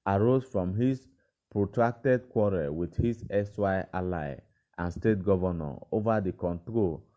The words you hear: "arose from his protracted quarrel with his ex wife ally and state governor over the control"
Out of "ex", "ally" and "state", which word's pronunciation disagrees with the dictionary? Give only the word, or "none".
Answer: ex